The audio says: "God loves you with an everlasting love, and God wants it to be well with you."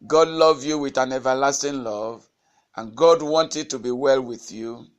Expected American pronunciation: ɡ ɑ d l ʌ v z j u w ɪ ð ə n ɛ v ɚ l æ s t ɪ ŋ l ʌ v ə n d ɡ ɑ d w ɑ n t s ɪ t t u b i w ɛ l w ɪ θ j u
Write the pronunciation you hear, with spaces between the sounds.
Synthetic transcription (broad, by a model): ɡ ɑ d l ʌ v j u w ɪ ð ə n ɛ v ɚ l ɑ s t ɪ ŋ l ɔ v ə n ɡ ɑ d w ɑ n t ɪ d t u b i w ɛ l w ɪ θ j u